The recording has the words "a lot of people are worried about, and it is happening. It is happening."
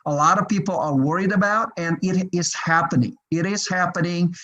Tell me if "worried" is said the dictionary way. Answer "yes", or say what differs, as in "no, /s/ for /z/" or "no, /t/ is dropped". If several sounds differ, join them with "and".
yes